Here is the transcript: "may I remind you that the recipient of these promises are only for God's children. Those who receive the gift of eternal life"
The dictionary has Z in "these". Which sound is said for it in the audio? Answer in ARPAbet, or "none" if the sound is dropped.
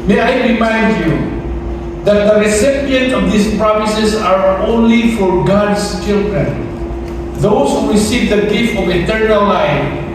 S